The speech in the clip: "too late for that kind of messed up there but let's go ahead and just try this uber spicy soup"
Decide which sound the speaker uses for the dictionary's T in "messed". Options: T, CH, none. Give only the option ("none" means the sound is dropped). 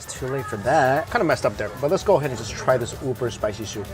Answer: T